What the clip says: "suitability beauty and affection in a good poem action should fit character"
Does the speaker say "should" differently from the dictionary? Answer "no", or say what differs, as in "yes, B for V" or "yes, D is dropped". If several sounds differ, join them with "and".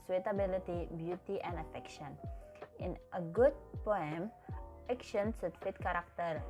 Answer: yes, S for SH